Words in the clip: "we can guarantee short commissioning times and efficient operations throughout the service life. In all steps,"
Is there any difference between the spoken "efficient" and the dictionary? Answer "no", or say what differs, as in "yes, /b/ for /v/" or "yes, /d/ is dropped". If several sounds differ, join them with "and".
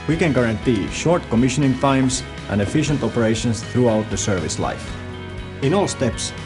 no